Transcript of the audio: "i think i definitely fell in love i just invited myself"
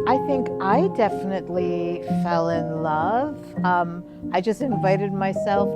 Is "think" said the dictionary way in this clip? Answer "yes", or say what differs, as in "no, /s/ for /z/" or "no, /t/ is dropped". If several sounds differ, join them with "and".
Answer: yes